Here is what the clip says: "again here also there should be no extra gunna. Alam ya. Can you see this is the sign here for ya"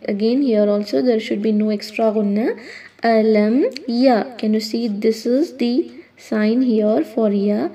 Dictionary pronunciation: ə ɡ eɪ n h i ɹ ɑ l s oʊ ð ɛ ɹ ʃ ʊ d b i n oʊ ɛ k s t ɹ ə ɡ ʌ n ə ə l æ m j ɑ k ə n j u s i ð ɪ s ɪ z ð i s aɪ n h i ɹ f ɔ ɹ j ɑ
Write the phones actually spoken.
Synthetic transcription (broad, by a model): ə ɡ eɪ n h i ɹ ɑ l s oʊ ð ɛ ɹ ʃ ʊ d b i n oʊ ɛ k s t ɹ ə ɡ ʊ n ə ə l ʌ m j ɑ k ə n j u s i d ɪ s ɪ z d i s aɪ n h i ɹ f ɔ ɹ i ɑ